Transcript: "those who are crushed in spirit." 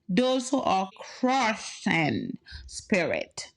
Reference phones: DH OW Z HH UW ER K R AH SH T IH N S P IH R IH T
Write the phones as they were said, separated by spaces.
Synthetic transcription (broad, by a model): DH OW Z HH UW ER K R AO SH IH N S P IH R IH T